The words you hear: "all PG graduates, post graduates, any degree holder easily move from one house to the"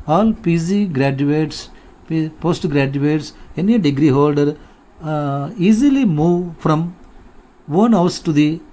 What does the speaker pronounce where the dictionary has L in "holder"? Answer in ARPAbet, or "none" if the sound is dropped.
L